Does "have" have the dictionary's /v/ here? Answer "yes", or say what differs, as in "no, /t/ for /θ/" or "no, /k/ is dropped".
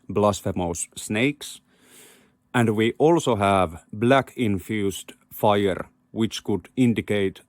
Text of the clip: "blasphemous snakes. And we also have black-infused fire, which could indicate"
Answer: yes